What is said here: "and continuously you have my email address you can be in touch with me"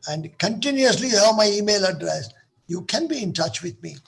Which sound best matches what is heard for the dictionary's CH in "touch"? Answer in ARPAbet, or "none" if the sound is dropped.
CH